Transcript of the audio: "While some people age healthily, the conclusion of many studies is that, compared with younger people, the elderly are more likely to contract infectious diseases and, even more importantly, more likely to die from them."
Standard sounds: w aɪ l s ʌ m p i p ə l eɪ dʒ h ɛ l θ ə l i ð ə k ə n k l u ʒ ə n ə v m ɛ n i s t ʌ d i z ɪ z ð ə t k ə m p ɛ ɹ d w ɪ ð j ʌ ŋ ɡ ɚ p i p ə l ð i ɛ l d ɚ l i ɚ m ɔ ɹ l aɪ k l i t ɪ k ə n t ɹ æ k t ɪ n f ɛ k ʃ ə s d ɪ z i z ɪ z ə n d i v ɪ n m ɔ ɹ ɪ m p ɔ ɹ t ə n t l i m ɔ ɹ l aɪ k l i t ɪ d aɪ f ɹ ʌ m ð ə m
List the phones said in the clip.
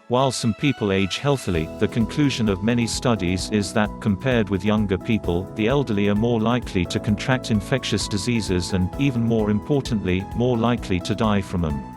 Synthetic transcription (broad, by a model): w aɪ l s ʌ m p i p ə l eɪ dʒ h ɛ l θ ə l i ð ə k ə n k l u ʒ ə n ə v m ɛ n i s t ʌ d i z ɪ z ð ə t k ə m p ɛ ɹ d w ɪ ð j ʌ ŋ ɡ ɚ p i p ə l ð i ɛ l d ɚ l i ɚ m ɔ ɹ l aɪ k l i t ɪ k ə n t ɹ æ k t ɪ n f ɛ k ʃ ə s d ɪ z i z ɪ z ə n i v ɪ n m ɔ ɹ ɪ m p ɔ ɹ t n t l i m ɔ ɹ l aɪ k l i t ɪ d aɪ f ɹ ʌ m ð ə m